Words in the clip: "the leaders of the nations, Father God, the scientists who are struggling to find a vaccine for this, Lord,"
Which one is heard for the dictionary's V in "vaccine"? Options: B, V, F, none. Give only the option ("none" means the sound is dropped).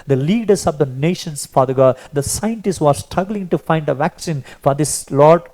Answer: V